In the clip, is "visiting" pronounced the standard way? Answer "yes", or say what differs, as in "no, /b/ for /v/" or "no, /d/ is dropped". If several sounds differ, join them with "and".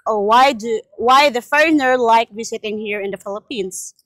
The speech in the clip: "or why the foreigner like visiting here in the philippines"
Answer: no, /w/ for /v/ and /s/ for /z/